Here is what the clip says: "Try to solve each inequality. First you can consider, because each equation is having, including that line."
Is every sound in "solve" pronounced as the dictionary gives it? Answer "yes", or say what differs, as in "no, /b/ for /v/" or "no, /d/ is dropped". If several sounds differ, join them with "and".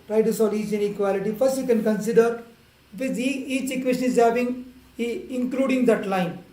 no, /v/ is dropped